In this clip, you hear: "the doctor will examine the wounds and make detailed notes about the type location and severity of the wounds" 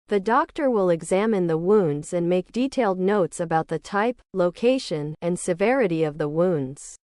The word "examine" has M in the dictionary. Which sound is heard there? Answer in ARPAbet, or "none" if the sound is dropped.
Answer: M